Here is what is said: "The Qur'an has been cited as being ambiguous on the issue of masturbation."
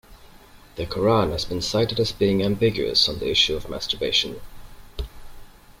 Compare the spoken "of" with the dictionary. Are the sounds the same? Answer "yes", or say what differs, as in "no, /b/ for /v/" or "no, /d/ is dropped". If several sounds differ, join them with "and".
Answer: yes